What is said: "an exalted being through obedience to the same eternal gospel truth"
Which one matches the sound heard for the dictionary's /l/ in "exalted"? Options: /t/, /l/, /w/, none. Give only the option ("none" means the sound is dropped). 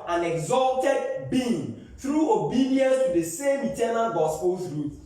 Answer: /l/